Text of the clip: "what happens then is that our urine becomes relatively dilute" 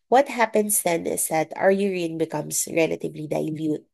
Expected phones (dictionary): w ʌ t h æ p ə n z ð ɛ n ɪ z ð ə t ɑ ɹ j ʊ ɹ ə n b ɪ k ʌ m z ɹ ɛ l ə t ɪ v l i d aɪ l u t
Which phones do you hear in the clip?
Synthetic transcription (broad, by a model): w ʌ t h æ p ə n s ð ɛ n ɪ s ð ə t ɑ ɹ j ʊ ɹ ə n b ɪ k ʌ m s ɹ ɛ l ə t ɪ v l i d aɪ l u t